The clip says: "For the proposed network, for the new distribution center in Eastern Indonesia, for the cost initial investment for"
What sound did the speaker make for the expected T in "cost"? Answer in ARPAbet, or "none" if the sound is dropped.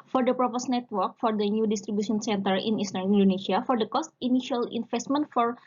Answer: T